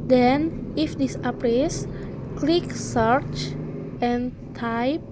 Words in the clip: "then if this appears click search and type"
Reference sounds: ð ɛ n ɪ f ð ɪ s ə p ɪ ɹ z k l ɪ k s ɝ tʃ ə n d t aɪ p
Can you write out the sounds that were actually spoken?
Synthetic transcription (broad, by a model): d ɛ n ɪ f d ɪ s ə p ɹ s k l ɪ k s ɝ tʃ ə n t aɪ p